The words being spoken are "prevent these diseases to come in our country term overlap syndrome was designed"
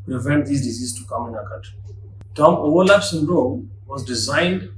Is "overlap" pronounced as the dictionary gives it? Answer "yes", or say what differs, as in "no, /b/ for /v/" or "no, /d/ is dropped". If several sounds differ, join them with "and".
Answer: no, /w/ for /v/